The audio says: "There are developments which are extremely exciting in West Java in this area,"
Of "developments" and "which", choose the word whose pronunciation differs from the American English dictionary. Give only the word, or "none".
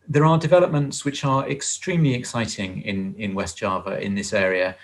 none